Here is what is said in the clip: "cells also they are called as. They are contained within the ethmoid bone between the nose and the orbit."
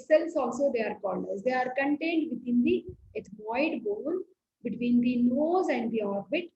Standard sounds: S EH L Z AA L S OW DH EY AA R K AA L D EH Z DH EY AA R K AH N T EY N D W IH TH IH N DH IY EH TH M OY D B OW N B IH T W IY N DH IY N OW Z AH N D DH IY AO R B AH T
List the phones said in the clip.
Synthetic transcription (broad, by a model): S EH L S AA L S OW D EY AA R K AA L D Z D EY AA R K AH N T EY N D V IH T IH N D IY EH T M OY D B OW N B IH T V IY N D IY N OW Z AH N D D IY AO R B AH T